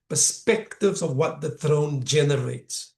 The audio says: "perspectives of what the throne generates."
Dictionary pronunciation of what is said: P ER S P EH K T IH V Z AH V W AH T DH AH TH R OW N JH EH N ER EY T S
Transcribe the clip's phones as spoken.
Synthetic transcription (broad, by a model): P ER S P EH K T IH V Z AH V W AH T DH AH TH R OW N JH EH N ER EY T S